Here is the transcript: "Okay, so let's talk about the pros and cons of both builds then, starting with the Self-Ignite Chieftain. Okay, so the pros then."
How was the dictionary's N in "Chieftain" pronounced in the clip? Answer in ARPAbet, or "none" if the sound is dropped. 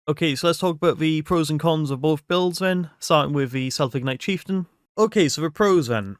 N